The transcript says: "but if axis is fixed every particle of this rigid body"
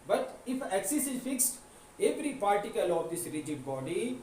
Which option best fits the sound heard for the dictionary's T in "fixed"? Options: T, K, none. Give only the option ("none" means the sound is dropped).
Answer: T